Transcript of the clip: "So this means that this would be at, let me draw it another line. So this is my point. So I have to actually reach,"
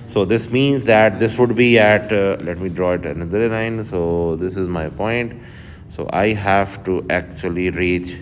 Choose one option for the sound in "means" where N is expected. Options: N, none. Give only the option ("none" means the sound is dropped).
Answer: N